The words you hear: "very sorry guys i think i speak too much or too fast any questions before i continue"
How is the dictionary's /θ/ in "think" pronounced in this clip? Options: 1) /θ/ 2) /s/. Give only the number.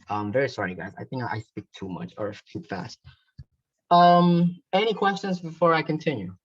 1